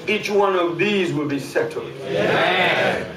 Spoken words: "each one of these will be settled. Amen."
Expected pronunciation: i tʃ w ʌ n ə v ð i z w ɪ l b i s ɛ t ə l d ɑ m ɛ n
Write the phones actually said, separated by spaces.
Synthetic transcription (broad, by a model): i tʃ w ʌ n ə v ð i z w ɪ l b i s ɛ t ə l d